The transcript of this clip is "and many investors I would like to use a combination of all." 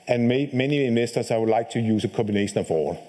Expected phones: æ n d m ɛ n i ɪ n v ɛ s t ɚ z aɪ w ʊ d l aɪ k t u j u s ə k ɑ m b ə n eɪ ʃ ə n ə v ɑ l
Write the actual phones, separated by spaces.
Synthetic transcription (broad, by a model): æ n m m ɛ n i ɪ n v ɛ s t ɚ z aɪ w ʊ d l aɪ k t u j u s ə k ɑ m b ə n eɪ ʃ ə n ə f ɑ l